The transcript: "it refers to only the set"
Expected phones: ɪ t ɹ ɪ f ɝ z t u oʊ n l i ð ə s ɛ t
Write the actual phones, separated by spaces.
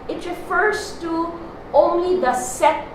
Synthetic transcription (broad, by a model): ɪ t ɹ ɪ f ɝ z t u oʊ n l i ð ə s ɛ